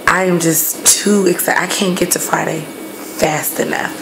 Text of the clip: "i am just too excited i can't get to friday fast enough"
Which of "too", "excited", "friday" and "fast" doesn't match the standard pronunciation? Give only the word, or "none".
excited